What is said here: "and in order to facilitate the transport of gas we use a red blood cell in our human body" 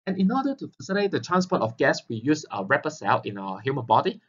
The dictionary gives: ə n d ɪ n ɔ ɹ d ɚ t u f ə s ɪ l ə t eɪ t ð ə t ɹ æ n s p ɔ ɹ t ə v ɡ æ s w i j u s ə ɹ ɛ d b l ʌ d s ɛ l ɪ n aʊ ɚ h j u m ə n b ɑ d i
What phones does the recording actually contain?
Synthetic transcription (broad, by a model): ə n ɪ n ɔ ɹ d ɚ t u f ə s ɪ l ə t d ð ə t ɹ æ n s p ɔ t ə f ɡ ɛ s w i j u s ə ɹ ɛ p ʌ s ɛ l ɪ n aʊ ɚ h j u m ə n b ɑ d i